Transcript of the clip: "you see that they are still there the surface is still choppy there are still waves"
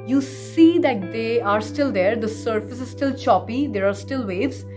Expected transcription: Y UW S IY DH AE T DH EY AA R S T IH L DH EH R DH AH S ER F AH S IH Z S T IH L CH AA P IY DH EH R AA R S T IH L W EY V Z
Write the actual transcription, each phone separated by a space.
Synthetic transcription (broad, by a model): Y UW S IY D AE T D EY AA R S T IH L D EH R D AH S ER F AH S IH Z S T IH L CH AA P IY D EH R AA R S T IH L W EY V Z